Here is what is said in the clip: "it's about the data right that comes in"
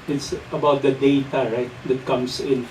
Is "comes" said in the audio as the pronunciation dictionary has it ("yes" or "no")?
no